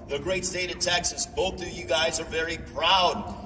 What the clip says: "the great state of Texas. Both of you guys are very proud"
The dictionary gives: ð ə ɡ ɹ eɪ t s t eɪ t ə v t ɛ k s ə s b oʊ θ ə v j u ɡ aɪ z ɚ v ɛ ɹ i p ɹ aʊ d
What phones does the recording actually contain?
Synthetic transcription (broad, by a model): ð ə ɡ ɹ eɪ t s t eɪ t ə v t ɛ k s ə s b oʊ θ ə v j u ɡ aɪ z ɚ v ɛ ɹ i p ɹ aʊ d